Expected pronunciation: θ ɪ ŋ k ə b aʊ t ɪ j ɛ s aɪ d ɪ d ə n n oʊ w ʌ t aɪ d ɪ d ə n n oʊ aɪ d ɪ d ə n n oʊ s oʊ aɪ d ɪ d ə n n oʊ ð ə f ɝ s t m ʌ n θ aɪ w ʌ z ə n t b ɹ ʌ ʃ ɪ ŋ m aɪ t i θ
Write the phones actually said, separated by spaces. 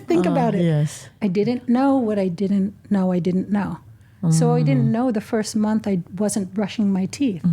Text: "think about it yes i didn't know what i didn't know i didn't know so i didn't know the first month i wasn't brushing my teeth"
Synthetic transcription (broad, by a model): θ ɪ ŋ k ə b aʊ t ɪ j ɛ s aɪ d ɪ d n n oʊ w ʌ t aɪ d ɪ d n n oʊ aɪ d ɪ d n n oʊ s oʊ aɪ d ɪ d n n oʊ ð ə f ɝ s t m ʌ n θ aɪ w ʌ z ə n t ɹ ʌ ʃ ɪ ŋ m aɪ t i θ